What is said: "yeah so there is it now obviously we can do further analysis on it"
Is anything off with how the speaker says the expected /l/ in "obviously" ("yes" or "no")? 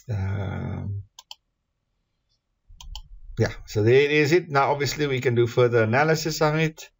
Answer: no